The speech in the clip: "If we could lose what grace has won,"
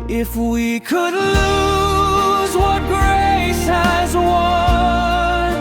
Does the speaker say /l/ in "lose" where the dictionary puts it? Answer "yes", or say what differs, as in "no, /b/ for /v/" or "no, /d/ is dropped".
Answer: yes